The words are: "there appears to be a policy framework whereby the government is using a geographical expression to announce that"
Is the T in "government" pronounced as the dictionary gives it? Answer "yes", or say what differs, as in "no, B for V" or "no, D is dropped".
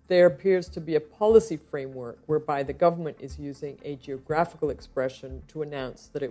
yes